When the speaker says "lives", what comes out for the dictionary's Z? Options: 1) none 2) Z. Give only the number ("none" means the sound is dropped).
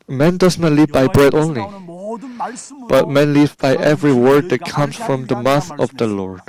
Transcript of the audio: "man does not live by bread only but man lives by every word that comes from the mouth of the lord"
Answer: 1